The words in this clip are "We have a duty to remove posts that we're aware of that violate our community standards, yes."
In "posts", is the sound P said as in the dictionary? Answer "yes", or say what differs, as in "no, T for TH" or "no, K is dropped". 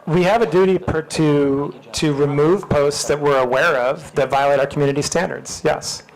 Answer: yes